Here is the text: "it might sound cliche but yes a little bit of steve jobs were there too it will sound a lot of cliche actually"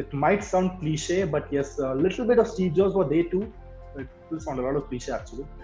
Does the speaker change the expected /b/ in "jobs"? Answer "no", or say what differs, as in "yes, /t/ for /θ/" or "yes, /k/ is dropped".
yes, /b/ is dropped